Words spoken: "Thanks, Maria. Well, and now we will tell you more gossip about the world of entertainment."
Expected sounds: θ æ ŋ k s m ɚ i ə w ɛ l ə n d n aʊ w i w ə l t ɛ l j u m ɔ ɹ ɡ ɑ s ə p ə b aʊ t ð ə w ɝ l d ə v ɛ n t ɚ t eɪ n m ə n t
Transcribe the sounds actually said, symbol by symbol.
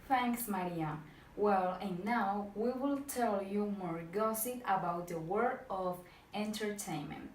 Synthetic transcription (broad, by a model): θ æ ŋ k s m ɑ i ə w ɛ l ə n n aʊ w i w ə l t ɛ l j u m ɔ ɹ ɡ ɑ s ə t ə b aʊ t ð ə w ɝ d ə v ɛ n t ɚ t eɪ n m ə n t